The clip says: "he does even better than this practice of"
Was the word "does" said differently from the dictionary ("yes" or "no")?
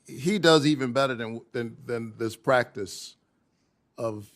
no